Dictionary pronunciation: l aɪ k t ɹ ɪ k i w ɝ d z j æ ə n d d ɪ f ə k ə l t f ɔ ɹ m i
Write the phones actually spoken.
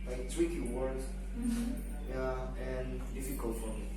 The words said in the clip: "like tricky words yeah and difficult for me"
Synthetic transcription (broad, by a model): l aɪ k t w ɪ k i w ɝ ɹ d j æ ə n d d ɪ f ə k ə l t f ɔ ɹ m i